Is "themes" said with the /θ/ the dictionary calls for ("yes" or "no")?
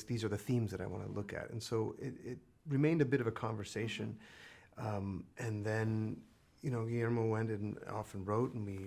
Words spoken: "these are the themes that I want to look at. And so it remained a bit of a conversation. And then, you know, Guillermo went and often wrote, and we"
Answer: yes